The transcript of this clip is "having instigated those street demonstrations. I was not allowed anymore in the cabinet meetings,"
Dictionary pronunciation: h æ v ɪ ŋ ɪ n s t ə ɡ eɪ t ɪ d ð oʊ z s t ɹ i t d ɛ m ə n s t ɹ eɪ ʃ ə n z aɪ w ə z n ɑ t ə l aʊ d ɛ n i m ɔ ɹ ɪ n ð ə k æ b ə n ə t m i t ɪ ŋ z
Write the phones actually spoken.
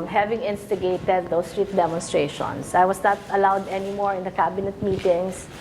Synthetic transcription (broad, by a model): h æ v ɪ ŋ ɪ n s t ə ɡ eɪ t ɪ d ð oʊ s t ɹ i t d ɛ m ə n s t ɹ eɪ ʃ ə n s aɪ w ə s n ɑ t ə l aʊ d ɛ n i m ɔ ɹ ɪ n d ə k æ b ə n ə t m i t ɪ ŋ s